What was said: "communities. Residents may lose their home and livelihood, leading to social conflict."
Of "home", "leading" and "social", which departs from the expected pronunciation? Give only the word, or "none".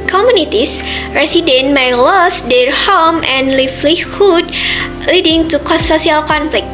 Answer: social